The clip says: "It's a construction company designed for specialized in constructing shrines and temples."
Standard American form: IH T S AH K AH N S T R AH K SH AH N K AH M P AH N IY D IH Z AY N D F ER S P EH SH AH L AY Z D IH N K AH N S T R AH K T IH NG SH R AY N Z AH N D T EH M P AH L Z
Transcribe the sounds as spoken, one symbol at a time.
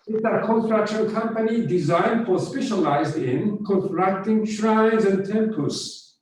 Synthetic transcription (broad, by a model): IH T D AH K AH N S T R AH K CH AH L K AH M P AH N IY D IH Z AY N D F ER S P EH SH AH L AY Z D IH N K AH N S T R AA K T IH NG SH R AY N Z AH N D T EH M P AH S